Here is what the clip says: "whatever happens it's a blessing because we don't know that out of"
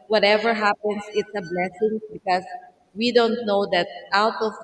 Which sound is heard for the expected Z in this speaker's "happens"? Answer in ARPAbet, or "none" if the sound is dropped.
S